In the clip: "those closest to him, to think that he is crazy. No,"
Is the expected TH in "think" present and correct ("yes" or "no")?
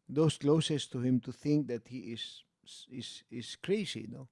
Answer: yes